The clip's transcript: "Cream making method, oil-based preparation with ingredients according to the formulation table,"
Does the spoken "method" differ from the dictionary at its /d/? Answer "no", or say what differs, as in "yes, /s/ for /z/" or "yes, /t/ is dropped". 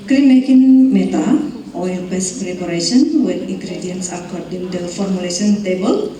yes, /d/ is dropped